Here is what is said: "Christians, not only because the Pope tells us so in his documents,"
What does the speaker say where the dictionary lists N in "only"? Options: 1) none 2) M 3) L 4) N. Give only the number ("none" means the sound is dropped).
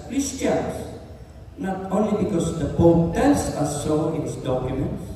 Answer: 4